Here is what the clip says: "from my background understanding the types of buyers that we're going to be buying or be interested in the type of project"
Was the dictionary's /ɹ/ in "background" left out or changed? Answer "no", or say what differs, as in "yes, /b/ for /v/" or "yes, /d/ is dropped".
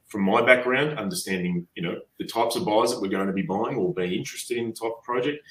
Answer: no